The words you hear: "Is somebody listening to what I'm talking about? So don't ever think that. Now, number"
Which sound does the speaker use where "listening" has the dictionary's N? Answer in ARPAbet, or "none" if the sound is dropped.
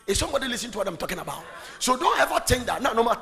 none